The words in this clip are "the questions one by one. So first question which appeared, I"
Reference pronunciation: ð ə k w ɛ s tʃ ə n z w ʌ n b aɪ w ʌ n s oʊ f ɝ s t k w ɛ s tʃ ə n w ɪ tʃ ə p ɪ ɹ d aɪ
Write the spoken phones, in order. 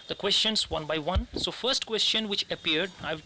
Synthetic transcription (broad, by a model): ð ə k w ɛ s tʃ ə n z w ʌ n b aɪ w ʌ n s oʊ f ɝ s t k w ɛ s tʃ ə n w ɪ tʃ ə p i ɹ d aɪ